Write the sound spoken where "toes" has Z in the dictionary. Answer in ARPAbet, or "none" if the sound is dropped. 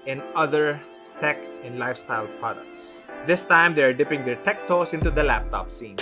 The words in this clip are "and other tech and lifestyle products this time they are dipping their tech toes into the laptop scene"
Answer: S